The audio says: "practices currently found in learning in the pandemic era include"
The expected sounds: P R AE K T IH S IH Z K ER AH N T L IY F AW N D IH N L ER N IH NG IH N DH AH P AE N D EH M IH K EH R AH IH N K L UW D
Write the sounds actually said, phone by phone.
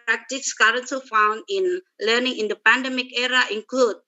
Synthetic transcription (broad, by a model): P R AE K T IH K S K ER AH N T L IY F AW N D IH N L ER N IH NG IH N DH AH P AE N D EH M IH K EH R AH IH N K L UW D